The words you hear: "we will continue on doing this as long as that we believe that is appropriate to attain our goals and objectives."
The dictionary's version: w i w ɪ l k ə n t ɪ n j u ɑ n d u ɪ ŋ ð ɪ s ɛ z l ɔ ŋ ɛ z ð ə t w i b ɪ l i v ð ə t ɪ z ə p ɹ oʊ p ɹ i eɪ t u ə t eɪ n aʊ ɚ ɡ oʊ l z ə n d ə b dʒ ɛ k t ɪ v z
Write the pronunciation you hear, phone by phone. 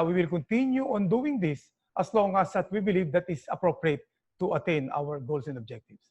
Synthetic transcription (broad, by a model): w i w ɪ l k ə n t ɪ n j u ɑ n d u ɪ ŋ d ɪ s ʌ s l ɔ ŋ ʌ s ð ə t w i b ɪ l i v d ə t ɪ s ə p ɹ oʊ p ɹ i eɪ t u ə t eɪ n aʊ ɚ ɡ oʊ l s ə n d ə b dʒ ɛ k t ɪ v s